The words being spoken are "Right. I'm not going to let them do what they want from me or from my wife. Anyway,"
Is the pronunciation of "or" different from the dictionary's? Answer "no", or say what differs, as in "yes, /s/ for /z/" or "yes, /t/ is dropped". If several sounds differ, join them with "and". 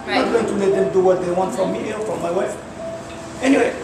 yes, /l/ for /ɹ/